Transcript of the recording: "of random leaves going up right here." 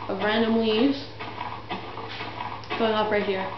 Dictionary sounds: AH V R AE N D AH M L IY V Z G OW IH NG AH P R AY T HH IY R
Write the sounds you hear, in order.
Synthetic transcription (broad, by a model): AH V R AE N D AH M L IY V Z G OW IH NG AH P R AY T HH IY R